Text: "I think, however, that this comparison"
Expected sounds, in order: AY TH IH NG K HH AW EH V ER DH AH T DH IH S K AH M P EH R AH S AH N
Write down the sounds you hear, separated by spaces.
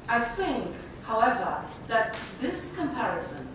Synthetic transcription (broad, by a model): AY TH IH NG K HH AW EH V ER DH AH T DH IH S K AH M P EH R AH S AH N